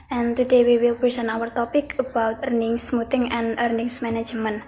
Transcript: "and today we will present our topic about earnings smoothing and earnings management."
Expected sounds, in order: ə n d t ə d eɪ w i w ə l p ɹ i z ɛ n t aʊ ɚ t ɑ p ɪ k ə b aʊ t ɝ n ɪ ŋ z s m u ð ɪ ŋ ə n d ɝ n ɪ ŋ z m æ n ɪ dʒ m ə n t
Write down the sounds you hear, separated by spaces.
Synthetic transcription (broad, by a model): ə n t ə d eɪ w i w ə l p ɹ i s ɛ n aʊ ɚ t ɑ p ɪ k ə b aʊ t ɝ n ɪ ŋ s m u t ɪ ŋ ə n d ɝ n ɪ ŋ s m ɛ n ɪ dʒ m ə n